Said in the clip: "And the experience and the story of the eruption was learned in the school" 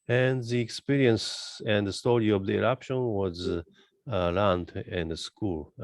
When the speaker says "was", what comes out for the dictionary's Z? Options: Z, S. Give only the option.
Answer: Z